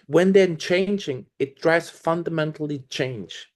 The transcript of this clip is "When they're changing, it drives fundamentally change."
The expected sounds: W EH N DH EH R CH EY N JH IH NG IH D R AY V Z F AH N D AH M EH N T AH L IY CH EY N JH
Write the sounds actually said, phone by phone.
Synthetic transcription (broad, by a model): W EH N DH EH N CH EY N JH IH NG IH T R AY Z F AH N D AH M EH N T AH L IY CH EY N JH